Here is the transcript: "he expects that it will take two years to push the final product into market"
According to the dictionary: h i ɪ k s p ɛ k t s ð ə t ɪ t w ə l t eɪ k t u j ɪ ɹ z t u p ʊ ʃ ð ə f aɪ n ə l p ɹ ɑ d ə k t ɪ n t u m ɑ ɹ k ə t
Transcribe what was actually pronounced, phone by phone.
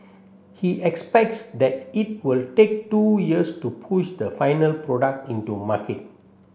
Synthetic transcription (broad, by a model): h i ɪ k s p ɛ k t s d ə t ɪ t w ə l t eɪ k t u j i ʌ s t u p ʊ ʃ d ə f aɪ n ə l p ɹ ɑ d ə k t ɪ n t u m ɑ k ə t